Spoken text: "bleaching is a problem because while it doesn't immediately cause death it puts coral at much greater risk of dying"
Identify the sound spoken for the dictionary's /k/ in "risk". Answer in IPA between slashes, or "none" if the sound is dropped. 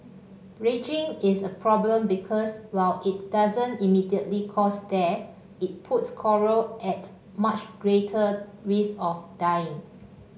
none